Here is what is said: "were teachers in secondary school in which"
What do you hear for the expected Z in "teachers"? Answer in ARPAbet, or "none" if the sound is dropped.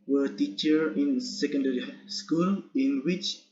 none